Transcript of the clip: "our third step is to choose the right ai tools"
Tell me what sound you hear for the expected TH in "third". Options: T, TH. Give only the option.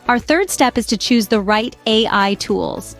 TH